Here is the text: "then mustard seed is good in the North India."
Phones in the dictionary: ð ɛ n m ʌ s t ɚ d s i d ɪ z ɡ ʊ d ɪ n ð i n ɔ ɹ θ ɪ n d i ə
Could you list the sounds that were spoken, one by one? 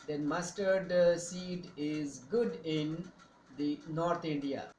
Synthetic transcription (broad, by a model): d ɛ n m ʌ s t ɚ d s i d ɪ z ɡ ʊ d ɪ n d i n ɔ ɹ t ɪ n d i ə